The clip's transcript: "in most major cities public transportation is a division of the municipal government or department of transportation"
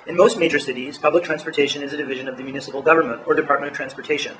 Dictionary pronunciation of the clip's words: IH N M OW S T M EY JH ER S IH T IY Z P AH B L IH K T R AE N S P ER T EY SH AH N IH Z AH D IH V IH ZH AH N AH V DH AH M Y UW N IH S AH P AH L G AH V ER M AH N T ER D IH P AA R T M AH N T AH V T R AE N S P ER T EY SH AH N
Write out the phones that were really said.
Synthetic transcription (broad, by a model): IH N M OW S T M EY JH ER S IH T IY Z P AH B L IH K T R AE N S P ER T EY SH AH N IH Z AH D IH V IH ZH AH N AH V DH AH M Y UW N IH S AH P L G AH V ER M AH N T ER D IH P AA R T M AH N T AH V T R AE N S P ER T EY SH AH N